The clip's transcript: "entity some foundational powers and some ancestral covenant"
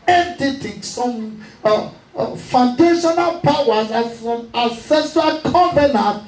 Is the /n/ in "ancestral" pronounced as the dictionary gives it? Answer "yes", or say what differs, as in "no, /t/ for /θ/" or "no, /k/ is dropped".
no, /n/ is dropped